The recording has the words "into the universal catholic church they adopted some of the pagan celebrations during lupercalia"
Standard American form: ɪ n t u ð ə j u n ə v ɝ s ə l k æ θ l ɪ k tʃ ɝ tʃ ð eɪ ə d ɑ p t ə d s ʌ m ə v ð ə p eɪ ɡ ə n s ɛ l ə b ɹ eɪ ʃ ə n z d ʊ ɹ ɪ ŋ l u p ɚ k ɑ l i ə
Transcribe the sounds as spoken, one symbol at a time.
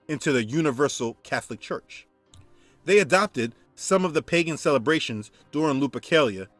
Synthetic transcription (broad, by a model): ɪ n t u ð ə j u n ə v ɝ s l k æ θ l ɪ k tʃ ɝ tʃ ð eɪ ə d ɑ p t ə d s ʌ m ə v ð ə p eɪ ɡ ə n s ɛ l ə b ɹ eɪ ʃ ə n z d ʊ ɹ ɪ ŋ l u p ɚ k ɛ l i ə